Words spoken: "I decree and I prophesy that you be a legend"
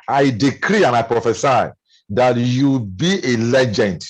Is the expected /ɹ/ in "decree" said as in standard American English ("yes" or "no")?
yes